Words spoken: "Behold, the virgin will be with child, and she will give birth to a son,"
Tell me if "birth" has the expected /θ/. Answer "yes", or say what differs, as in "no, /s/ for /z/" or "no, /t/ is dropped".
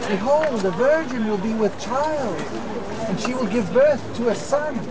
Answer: yes